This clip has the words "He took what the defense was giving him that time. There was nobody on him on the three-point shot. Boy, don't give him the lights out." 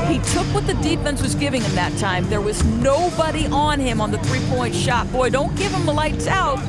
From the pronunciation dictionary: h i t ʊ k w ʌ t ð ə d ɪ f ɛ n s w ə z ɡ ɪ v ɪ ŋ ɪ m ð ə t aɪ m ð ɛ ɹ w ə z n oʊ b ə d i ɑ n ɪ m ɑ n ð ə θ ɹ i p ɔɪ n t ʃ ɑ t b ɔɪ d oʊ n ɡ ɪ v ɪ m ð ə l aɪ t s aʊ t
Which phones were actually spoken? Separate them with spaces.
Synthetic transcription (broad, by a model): h i t ʊ k w ʌ t ð ə d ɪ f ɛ n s w ə z ɡ ɪ v ɪ ŋ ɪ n ð ə t aɪ m ð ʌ ɹ w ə z n oʊ b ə d i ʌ n ɪ m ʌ n ð ə θ ɹ i p ɔɪ n t ʃ ɑ t b ɔɪ d oʊ n ɡ ɪ v ɪ m ð ə l aɪ t s aʊ t